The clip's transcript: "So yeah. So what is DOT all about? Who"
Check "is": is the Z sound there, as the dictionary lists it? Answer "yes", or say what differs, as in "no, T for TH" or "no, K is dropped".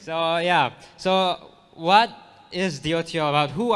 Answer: yes